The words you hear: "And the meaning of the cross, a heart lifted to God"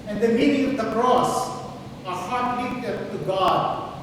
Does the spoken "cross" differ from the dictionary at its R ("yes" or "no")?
no